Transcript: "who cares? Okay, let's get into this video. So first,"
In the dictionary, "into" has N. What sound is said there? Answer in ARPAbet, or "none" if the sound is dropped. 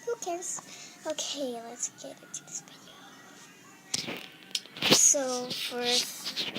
none